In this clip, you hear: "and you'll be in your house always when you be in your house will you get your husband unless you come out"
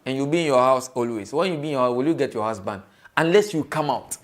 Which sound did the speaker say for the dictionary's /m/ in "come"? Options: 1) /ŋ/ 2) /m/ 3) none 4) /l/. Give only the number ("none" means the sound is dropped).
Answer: 2